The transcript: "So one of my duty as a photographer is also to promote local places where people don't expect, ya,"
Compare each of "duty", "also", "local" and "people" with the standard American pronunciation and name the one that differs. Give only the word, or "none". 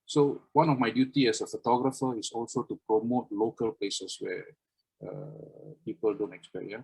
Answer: none